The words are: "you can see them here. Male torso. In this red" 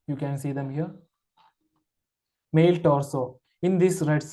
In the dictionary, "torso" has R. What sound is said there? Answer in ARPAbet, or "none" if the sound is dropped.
L